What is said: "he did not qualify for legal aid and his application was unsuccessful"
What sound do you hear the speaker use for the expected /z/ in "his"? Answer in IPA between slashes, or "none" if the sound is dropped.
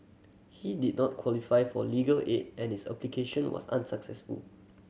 /s/